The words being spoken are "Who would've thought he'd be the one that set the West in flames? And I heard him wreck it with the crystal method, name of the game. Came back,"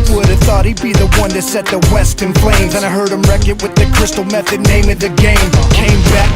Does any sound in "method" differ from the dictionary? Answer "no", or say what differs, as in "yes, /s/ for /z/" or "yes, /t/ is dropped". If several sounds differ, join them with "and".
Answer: no